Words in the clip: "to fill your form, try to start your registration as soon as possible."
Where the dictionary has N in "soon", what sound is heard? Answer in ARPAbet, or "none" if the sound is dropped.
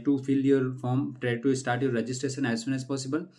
N